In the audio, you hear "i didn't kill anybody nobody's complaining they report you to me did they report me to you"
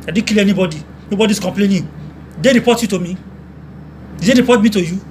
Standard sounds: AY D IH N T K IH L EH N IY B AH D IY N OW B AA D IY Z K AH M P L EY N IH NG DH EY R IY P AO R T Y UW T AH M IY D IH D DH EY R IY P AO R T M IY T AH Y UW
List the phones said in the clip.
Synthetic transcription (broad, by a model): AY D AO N K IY L EH N IY B AH D IY N OW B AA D IY S K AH M P L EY N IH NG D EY R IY P AO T Y UW T AH M IY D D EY R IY P AO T M IY T AH Y UW